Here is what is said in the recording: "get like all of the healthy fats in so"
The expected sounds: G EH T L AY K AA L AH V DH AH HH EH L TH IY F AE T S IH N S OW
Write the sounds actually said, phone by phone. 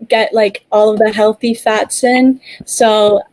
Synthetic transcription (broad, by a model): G EH T L AY K AA L AH V DH AH HH EH L TH IY F AE T S IH N S OW